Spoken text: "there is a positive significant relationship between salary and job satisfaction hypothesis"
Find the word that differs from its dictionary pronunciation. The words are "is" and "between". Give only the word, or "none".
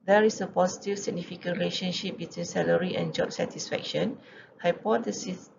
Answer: is